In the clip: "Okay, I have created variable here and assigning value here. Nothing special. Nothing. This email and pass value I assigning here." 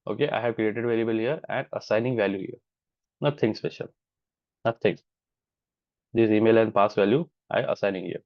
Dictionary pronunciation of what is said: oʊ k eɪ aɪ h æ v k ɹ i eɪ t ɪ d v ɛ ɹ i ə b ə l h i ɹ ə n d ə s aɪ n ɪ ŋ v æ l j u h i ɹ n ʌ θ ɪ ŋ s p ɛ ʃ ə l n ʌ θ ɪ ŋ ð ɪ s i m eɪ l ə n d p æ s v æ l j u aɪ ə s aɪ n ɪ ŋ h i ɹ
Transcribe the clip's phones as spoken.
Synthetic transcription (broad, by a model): oʊ k eɪ aɪ h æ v k ɹ i eɪ t ɪ d v ɛ l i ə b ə l h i ɹ ə n d ə s aɪ n ɪ ŋ v æ l j u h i ɹ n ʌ t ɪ ŋ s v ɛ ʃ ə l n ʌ t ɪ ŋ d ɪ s i m eɪ l ə n d p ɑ s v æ l j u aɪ ə s aɪ n ɪ ŋ h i ɹ